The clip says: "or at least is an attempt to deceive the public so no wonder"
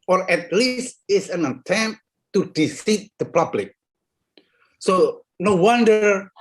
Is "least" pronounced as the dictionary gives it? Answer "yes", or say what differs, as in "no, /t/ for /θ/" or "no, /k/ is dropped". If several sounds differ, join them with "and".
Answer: yes